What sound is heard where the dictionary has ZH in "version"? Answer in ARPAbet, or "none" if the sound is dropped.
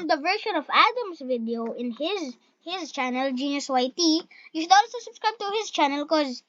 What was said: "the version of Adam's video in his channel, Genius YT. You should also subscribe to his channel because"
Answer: SH